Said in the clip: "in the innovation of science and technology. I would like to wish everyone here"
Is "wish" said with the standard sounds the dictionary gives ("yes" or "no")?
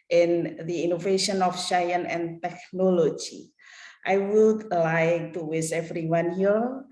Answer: no